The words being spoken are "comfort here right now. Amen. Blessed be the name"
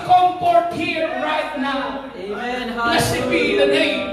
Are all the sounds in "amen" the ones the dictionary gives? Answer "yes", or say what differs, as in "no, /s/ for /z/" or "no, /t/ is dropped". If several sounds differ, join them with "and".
no, /m/ is dropped